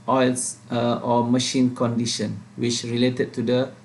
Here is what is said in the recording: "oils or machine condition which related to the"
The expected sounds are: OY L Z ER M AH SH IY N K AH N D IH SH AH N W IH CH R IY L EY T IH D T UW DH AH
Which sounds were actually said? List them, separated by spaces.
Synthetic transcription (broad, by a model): OY L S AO M AH SH IY N K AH N D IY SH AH N W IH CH R IY L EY T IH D T UW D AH